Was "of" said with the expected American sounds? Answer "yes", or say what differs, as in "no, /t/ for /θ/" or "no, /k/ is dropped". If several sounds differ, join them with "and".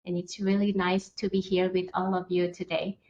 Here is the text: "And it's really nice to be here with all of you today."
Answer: yes